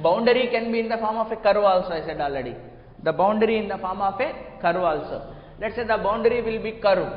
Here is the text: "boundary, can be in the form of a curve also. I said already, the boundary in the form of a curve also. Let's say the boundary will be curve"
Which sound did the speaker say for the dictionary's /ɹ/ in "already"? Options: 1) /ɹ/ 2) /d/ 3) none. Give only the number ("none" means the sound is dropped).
3